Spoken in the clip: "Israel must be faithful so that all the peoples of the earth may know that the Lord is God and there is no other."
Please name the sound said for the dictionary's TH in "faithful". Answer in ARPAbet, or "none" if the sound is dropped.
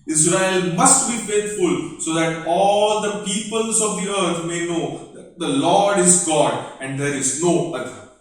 T